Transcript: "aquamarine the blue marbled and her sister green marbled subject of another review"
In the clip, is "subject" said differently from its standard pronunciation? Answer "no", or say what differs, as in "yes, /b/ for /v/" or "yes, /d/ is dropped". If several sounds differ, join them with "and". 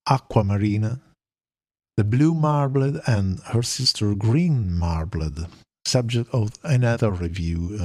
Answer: no